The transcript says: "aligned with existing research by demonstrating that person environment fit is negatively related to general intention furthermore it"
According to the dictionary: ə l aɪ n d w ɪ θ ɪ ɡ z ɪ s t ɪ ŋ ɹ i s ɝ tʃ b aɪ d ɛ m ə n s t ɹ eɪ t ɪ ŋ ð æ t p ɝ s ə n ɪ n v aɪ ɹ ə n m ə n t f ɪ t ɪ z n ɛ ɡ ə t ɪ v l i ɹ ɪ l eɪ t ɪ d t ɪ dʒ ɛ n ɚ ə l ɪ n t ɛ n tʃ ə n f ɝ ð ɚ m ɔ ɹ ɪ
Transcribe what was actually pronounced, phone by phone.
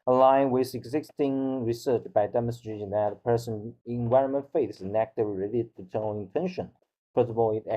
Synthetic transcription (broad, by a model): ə l aɪ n w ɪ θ ɪ ɡ z ɪ s t ɪ ŋ ɹ i s ɝ tʃ b aɪ d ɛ m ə n s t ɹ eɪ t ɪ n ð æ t p ɝ s ə n ɪ n v aɪ ɹ ə n m ə n t f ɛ ɪ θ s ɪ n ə t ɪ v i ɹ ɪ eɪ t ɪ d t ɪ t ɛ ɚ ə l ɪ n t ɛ n ʃ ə n p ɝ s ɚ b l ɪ